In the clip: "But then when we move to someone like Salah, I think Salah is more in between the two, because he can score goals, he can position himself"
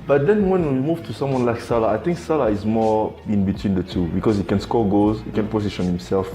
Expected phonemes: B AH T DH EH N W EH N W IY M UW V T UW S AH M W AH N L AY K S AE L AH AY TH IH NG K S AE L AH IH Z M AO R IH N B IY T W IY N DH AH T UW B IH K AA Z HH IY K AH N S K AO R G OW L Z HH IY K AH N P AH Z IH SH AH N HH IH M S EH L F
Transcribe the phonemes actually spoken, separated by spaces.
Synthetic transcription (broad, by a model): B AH T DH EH N W EH N W IY M UW V T UW S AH M W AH N L AY K S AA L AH AY TH IH NG K S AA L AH IH Z M AO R IH N B IY T W IY N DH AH T UW B IH K AA Z HH IY K AH N S K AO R G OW Z HH IY K AH N P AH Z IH SH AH N HH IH M S EH L F